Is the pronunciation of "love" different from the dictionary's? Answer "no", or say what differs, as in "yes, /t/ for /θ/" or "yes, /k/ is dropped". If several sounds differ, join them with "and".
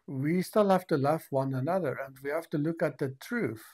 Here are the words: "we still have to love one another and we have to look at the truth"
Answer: yes, /f/ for /v/